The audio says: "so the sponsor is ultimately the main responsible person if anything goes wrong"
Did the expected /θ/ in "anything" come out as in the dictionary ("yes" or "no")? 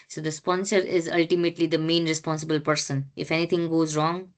no